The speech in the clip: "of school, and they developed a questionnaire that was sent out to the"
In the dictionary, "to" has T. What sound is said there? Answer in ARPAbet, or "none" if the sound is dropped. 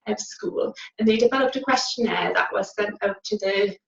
T